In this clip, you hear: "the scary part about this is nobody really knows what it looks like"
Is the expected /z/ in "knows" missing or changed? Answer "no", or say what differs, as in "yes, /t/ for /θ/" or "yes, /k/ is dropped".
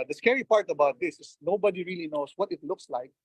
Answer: yes, /s/ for /z/